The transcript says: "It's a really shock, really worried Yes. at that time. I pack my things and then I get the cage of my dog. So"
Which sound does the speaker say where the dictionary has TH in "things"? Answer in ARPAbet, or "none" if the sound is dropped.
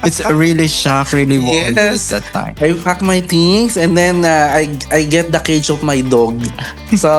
T